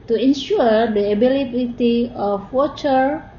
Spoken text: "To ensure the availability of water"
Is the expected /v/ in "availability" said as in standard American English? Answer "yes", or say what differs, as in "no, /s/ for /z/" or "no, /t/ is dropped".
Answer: no, /b/ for /v/